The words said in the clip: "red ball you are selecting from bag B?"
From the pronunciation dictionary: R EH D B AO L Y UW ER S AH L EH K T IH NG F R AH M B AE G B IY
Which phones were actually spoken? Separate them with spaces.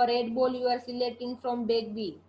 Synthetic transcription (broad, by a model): R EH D B AO L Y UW ER S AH L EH T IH NG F R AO M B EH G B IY